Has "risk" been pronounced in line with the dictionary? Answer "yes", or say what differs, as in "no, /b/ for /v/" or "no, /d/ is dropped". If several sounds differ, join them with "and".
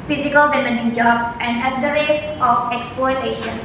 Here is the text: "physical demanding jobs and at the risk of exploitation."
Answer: no, /k/ is dropped